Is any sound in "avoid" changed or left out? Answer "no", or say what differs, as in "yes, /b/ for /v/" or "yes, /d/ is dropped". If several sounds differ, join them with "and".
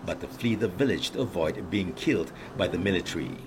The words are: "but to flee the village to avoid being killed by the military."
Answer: no